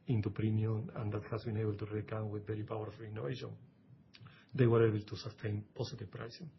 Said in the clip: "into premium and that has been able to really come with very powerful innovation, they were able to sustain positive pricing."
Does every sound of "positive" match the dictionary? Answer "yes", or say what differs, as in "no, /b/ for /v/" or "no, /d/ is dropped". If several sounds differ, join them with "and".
no, /s/ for /z/